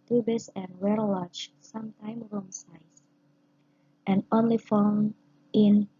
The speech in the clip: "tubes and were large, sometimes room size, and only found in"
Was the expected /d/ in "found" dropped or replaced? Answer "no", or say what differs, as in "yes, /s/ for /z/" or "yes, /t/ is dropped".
yes, /d/ is dropped